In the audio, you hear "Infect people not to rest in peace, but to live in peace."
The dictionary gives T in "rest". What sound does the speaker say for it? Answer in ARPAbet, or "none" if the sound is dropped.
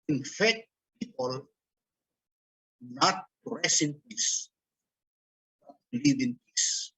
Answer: none